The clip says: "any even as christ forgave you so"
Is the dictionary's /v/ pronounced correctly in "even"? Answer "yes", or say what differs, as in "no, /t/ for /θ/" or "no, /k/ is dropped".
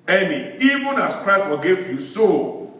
yes